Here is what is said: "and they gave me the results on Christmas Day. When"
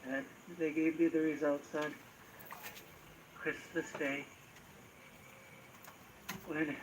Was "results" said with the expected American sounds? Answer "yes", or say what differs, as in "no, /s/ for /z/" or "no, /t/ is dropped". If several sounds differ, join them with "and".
yes